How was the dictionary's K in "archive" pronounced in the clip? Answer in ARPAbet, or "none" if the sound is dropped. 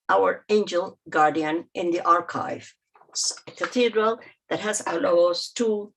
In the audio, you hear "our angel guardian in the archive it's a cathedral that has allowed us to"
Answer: K